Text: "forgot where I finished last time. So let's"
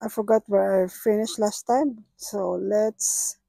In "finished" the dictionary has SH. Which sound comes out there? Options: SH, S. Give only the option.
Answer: SH